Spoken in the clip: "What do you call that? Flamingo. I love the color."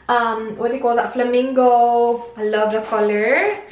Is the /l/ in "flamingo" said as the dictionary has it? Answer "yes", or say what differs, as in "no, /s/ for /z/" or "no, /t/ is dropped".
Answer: yes